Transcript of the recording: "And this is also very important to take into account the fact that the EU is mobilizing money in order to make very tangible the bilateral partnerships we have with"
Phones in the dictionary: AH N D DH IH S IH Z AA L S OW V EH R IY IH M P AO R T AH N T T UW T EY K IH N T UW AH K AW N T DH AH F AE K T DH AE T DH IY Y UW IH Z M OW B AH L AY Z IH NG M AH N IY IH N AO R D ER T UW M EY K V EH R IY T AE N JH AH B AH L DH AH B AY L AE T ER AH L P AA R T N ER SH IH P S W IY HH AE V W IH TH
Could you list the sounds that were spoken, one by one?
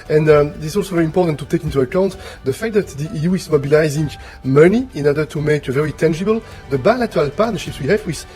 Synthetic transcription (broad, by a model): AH N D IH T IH S AA L S OW V EH R IY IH M P AO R T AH N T T UW T EY K IH N T UW AH K AW N T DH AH F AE K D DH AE T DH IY Y UW IH Z M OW B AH L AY Z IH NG M AH N IY IH N AO R D ER T UW M EY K V EH R IY T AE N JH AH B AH L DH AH B AY L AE T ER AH L P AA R T N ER SH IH P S W IY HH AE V W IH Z